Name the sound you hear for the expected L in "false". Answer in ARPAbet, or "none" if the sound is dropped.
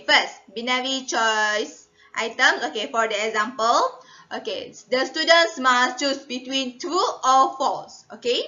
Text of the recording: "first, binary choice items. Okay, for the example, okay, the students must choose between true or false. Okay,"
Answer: none